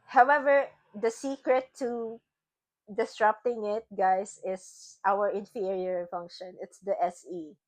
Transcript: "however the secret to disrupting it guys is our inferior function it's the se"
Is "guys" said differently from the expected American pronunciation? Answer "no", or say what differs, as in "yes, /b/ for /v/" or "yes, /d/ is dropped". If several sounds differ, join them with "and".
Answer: yes, /s/ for /z/